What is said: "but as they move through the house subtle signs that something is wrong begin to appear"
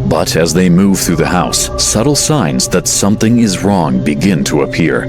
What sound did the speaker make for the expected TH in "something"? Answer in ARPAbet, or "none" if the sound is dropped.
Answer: TH